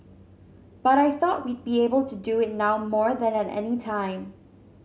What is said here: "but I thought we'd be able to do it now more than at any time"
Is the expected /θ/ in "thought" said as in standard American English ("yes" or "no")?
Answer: yes